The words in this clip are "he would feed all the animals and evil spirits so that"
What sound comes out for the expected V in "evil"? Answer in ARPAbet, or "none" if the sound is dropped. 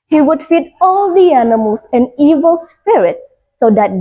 V